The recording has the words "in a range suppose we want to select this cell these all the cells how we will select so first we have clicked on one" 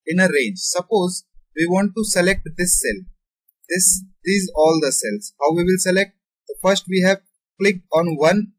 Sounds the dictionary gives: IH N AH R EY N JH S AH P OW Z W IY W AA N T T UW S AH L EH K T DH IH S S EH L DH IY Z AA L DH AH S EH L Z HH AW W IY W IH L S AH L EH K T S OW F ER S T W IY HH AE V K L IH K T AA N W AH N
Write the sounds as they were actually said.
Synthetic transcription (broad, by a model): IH N AH R EY JH S AH P OW Z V IY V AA N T T UW S AH L EH K T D IH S S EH L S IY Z AA L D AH S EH L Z HH AW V IY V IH L S AH L EH K T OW F ER S T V IY HH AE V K L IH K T AA N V AH N